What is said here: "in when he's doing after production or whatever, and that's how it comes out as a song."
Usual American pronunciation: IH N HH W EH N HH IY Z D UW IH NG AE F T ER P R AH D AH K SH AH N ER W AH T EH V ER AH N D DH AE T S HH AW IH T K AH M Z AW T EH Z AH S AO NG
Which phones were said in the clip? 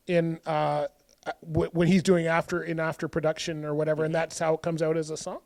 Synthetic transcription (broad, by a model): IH N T W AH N HH IY Z D UW IH NG AE F T ER P R AH D AH K SH AH N ER W AH T EH V ER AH N DH AE T S HH AW IH T K AH M Z AW T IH Z AH S AO NG